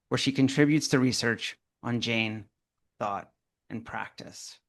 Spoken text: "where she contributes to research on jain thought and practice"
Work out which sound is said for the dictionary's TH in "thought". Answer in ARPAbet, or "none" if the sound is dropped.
TH